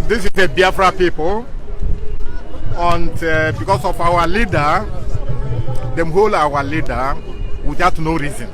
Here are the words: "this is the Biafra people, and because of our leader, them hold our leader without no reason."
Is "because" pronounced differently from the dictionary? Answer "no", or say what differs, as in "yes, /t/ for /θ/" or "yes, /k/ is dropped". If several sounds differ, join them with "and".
yes, /s/ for /z/